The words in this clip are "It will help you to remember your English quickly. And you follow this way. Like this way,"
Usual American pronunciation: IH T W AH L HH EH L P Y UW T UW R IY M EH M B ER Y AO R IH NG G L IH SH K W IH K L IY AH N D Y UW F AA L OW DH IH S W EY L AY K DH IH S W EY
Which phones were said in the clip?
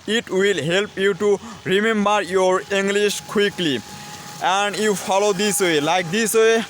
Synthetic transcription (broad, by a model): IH T W AH L HH EH L P Y UW T UW R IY M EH M B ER Y AO R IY NG G L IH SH K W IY K L IY AH N D Y UW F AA L OW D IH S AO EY L AY K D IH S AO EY